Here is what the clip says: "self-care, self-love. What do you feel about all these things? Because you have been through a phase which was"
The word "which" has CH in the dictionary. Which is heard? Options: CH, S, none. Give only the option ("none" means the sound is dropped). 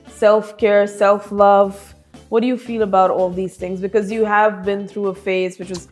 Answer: CH